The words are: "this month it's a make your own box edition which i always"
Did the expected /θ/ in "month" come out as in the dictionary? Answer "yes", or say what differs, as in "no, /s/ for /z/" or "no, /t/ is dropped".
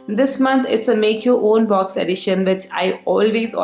no, /t/ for /θ/